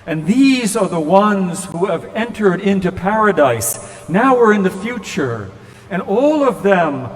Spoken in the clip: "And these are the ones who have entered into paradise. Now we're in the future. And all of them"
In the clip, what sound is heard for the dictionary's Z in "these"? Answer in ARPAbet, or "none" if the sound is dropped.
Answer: Z